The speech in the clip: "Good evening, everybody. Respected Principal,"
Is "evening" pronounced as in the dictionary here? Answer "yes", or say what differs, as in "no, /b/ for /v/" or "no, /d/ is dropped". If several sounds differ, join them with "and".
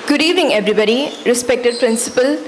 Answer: no, /n/ is dropped